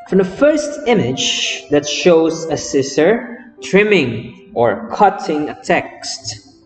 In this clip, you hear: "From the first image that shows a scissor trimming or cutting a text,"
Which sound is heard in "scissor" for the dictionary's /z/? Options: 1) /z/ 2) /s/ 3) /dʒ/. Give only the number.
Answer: 2